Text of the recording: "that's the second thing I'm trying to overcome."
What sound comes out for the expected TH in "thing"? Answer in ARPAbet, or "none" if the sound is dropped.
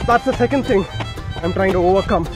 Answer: TH